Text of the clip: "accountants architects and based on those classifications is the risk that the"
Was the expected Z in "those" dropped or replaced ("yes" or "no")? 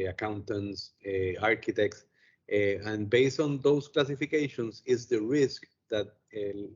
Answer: yes